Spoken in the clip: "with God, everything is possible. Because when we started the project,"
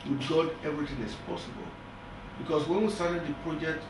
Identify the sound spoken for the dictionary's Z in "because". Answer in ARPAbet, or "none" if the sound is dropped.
S